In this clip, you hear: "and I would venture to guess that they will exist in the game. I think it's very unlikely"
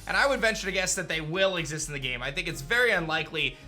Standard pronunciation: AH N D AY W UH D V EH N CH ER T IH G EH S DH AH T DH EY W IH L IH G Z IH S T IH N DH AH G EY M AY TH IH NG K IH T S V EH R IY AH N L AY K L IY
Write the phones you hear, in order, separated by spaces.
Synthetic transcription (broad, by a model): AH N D AY W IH D V EH N CH ER T IH G EH S DH AH T DH EY W IH L IH G Z IH S T N DH AH G EY M AY TH IH NG K IH T S V EH R IY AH N L AY K L IY